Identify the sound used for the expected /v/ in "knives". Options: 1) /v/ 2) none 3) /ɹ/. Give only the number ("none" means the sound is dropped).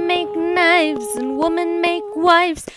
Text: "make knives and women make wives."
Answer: 1